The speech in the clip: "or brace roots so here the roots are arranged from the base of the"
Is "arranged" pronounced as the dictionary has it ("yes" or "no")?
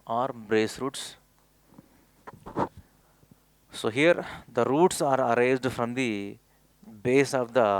no